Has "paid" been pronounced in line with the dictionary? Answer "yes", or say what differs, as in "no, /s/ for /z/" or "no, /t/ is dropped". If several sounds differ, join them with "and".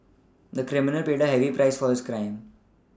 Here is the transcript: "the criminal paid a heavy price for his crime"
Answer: yes